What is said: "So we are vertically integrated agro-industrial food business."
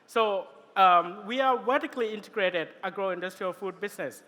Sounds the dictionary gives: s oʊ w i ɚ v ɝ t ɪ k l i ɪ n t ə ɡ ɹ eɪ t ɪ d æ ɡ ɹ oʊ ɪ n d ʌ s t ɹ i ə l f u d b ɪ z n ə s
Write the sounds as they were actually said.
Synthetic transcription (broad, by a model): s oʊ w i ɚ w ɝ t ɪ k l i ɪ n t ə ɡ ɹ eɪ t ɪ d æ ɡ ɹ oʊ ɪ n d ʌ s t ɹ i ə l f u d b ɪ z n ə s